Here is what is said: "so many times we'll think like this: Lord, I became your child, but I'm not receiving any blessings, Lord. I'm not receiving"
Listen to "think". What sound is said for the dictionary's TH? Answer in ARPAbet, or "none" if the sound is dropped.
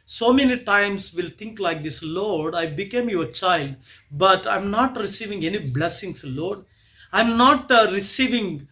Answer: T